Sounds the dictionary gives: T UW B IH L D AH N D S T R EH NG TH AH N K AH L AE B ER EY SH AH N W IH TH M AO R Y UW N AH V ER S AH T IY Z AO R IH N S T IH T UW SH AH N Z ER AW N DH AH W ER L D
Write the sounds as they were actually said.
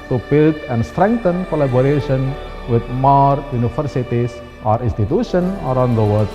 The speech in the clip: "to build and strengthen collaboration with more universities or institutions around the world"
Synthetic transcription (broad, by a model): T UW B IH L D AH N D S T R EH NG T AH N K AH L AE B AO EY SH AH N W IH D M AO R Y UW N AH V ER S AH T IY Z AO R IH N S T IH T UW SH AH N ER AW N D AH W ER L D